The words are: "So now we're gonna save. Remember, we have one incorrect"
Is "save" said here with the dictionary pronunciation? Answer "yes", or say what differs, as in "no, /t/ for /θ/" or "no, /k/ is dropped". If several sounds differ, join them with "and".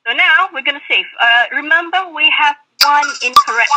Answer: no, /f/ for /v/